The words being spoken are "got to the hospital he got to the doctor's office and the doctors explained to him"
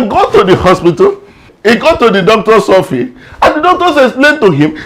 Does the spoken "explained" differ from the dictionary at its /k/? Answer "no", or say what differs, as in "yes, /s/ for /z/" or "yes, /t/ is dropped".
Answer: yes, /k/ is dropped